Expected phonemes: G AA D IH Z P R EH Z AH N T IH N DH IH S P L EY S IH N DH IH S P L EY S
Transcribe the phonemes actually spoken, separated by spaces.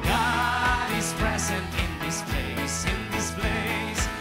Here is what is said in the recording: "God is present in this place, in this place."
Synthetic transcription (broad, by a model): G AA D IH Z P R EH Z AH N T IH N DH IH S P L EY S IH N DH IH S P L EY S